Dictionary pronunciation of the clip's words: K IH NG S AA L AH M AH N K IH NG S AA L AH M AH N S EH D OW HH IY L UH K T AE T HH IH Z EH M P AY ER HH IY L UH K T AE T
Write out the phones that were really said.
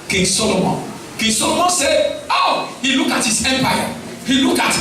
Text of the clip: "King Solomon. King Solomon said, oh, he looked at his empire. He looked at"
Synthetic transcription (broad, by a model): K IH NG S AA L AH M AH N K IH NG S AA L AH M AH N S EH OW HH IY L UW K AA T HH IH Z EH M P AY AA HH IY L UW K AA T